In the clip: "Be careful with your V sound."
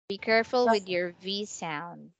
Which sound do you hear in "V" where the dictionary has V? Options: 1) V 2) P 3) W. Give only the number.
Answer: 1